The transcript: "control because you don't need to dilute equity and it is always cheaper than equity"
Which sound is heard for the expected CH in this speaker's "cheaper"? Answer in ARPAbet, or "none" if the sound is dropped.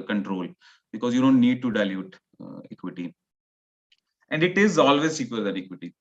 S